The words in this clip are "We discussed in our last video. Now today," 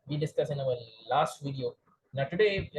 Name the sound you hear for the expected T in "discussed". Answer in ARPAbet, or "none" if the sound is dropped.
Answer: none